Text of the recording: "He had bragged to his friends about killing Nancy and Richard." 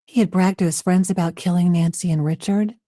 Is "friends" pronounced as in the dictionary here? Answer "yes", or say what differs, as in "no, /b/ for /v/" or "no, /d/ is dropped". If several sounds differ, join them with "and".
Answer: yes